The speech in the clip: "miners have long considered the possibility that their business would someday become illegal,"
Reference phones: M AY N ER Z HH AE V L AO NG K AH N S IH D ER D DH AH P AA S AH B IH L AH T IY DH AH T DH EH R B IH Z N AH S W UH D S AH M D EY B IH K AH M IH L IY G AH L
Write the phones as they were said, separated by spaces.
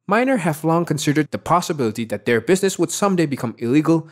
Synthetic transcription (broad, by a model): M AY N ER HH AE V L AO NG K AH N S IH D ER D DH AH P AA S AH B IH L AH T IY DH AH T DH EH R B IH Z N AH S W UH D S AH M D EY B IH K AH M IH L IY G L